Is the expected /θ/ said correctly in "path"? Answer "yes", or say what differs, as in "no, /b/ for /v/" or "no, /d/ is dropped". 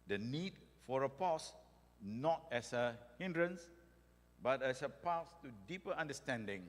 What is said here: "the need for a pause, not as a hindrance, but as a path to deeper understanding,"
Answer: no, /s/ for /θ/